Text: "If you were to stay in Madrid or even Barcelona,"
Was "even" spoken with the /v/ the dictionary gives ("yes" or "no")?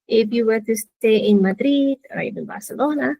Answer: no